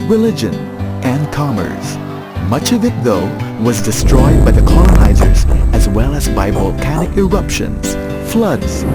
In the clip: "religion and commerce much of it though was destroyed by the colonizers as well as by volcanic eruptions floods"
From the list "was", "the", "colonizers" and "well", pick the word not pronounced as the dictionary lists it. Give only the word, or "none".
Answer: none